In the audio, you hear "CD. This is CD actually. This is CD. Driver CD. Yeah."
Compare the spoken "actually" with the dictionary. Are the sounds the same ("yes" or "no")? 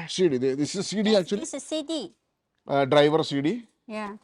no